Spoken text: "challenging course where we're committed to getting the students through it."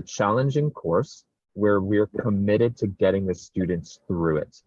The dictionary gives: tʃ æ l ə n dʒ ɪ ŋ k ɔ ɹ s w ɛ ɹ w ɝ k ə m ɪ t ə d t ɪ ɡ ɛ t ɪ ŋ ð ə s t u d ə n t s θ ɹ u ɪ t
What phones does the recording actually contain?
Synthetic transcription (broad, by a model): tʃ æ l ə n dʒ ɪ ŋ k ɔ ɹ s w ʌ ɹ w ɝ k ə m ɪ t ə d t ɪ ɡ ɛ t ɪ ŋ ð ə s t u d n t s θ ɹ u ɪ t